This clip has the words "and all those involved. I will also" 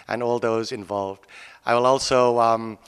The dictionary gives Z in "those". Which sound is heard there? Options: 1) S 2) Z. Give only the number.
2